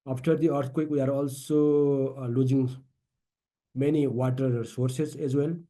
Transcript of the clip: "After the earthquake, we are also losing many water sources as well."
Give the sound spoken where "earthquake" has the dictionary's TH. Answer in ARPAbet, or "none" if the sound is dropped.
T